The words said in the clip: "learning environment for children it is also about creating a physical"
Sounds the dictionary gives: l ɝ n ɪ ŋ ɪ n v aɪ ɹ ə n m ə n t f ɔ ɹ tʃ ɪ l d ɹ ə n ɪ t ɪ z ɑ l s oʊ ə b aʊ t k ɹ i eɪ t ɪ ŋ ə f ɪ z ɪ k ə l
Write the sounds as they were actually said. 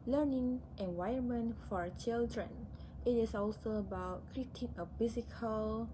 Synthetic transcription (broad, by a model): l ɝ n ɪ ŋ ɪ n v aɪ ə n m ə n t f ɔ ɹ tʃ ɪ l d ɹ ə n ɪ t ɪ s ɑ l s oʊ ə b aʊ t k ɹ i t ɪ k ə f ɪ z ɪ k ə l